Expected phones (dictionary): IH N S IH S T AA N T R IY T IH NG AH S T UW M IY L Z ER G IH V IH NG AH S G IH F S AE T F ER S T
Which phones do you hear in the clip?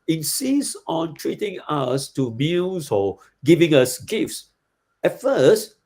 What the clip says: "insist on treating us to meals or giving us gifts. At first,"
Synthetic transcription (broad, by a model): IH N S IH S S AA N T R IY T IH NG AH S T UW M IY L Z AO G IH V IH NG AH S G IH F S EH T F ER S T